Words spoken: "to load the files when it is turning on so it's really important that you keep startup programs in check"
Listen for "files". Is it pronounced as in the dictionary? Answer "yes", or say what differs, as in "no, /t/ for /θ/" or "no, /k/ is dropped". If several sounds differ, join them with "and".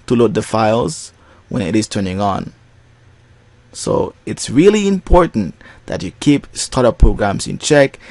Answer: yes